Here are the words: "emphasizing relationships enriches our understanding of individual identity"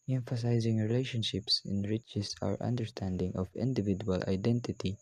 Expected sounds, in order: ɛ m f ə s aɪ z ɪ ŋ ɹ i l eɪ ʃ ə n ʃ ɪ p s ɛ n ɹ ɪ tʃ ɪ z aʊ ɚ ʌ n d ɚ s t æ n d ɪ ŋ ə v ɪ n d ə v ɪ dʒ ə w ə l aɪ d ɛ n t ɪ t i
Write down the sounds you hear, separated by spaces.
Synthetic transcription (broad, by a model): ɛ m f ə s aɪ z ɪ ŋ ɹ i l eɪ ʃ ə n ʃ ɪ p s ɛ n ɹ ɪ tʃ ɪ s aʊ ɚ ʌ n d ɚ s t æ n d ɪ ŋ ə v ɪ n d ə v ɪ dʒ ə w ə l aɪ d ɛ n t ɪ t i